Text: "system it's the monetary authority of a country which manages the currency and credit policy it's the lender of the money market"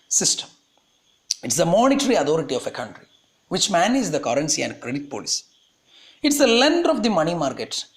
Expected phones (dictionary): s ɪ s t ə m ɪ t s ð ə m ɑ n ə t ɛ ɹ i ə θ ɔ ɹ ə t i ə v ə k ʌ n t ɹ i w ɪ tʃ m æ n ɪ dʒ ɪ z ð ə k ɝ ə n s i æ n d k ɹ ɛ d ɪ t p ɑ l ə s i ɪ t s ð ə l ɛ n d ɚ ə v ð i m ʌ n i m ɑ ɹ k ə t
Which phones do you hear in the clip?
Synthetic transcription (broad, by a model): s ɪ s t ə m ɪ t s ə m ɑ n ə t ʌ ɹ i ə t ɔ ɹ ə t i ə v ə k ʌ n t ɹ i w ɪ tʃ m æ n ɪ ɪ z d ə k ɝ ə n s i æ n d k ɹ ɛ d ɪ t p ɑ l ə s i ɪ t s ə l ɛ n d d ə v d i m ʌ n i m ɑ ɹ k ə t